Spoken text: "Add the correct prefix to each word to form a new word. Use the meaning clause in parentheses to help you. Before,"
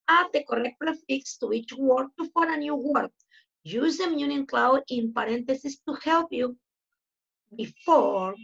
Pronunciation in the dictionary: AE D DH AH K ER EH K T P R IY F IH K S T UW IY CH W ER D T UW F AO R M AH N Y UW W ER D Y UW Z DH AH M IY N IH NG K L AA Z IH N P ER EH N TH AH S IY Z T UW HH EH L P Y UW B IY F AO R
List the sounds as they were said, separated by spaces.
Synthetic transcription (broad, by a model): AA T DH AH K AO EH K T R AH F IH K S T UW IY CH W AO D T UW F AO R AH N Y UW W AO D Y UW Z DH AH M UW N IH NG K L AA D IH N P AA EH N T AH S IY S T UW HH EH L P Y UW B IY F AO R